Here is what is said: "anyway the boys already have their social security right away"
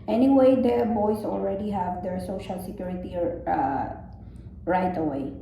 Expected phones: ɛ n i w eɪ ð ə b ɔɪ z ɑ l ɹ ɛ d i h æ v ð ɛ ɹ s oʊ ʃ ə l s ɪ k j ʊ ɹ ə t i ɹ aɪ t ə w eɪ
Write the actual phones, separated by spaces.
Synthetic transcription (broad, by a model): ɛ n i w eɪ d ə b ɔɪ s ɑ l ɹ ɛ d i h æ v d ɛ ɹ s oʊ ʃ ə l s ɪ k j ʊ ɹ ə t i ɹ aɪ t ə w eɪ